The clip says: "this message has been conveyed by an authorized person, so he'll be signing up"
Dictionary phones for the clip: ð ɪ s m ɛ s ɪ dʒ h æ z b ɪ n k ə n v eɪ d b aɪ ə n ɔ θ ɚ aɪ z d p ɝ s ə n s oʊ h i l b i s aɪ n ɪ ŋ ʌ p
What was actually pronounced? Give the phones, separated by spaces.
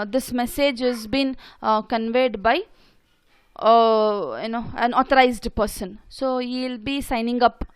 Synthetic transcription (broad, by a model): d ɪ s m ɛ s ɪ dʒ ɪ z b ɪ n k ə n v eɪ d b aɪ ə n ɔ t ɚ aɪ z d p ɝ s ə n s oʊ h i l b i s aɪ n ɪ ŋ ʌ p